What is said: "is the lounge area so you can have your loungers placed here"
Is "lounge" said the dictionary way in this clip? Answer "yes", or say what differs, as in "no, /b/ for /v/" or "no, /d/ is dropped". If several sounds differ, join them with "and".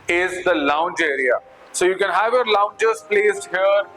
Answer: yes